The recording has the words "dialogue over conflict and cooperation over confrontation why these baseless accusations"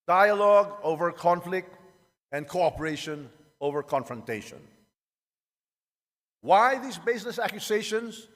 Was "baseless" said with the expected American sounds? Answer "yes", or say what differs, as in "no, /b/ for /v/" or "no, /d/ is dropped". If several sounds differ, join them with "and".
no, /n/ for /l/